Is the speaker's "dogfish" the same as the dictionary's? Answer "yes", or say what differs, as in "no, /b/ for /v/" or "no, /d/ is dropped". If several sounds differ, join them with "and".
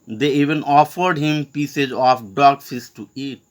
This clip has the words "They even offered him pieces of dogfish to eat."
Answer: no, /s/ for /ʃ/